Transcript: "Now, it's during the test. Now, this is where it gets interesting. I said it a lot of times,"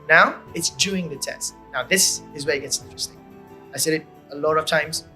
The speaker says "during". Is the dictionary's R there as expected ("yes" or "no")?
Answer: no